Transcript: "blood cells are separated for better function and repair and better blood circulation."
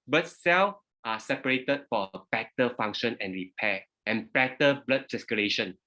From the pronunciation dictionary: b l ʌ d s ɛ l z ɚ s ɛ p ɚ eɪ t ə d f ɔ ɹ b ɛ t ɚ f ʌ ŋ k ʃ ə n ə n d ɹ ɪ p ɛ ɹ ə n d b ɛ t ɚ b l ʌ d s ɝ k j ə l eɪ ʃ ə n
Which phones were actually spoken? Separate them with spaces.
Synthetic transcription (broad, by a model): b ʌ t s ɛ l ɑ s ɛ p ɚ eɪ t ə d f ɔ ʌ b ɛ t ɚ f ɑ ŋ k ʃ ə n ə n ɹ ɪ p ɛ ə n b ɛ t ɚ b l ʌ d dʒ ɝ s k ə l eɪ ʃ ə n